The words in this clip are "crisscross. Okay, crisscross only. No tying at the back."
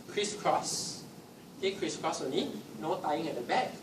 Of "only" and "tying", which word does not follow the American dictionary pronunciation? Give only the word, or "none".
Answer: only